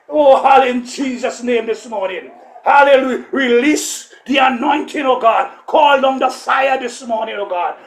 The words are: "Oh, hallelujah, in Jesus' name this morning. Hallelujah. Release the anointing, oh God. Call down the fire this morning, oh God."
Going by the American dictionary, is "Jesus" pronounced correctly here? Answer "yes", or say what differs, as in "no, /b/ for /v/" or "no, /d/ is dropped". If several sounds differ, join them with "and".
yes